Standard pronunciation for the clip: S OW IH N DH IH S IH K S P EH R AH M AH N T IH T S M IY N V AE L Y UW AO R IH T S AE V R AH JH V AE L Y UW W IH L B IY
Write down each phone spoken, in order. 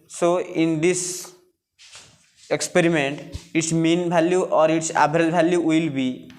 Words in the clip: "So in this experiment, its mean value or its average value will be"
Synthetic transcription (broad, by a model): S OW IH N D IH S IH K S P EH R AH M AH N T IH T S M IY N B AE L Y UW AO R IH T S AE B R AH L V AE L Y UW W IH L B IY